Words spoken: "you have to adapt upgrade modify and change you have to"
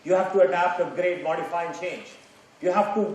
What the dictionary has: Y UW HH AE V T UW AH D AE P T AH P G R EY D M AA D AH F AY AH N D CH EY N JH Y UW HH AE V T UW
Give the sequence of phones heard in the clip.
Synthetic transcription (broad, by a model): Y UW HH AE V T UW AH D AE P T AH G R EY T M AA D AH F AY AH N CH EY N JH Y UW HH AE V T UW